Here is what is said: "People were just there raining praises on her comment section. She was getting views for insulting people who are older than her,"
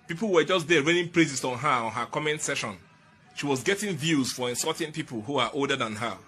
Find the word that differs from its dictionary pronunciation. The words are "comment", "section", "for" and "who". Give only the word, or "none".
section